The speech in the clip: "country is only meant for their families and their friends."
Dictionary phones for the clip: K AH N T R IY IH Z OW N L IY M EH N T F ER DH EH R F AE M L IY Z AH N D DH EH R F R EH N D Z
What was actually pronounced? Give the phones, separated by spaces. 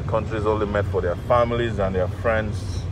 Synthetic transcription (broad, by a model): K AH N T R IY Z OW N L IY M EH T F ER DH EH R F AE M L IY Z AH N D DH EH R F R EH N D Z